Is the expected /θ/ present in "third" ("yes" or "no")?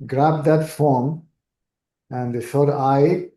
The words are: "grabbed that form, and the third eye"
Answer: no